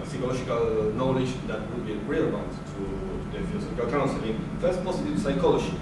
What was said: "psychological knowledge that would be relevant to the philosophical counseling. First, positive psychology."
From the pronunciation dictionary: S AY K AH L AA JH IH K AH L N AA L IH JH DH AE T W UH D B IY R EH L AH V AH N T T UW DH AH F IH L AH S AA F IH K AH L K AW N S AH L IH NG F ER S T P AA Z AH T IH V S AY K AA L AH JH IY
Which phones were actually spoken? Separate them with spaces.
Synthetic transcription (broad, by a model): S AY K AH L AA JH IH K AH L N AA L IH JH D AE T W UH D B IY R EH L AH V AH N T T UW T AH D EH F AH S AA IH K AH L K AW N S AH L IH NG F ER S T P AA S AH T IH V S AY K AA L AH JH IY